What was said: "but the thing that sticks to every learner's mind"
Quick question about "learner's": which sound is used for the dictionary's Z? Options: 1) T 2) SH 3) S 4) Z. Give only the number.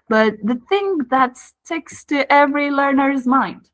4